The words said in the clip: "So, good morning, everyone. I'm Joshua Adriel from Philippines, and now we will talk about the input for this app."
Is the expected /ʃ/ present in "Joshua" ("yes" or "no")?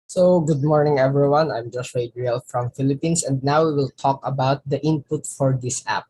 no